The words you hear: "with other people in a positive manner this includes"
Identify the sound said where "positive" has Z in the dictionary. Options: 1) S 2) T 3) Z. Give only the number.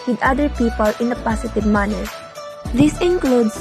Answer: 1